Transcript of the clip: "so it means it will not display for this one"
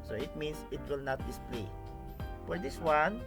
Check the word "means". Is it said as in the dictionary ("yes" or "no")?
no